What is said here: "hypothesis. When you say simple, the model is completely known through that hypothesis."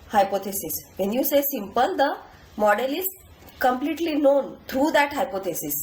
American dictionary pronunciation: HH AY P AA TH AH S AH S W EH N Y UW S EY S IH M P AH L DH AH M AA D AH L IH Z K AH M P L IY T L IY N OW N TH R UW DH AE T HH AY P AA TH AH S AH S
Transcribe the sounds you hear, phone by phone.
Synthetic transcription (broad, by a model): HH AY P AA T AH S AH S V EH N Y UW S EY S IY M P AH L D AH M AA D AH L IH Z K AH M P L IY T L IY N OW N T R UW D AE T HH AY P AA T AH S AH S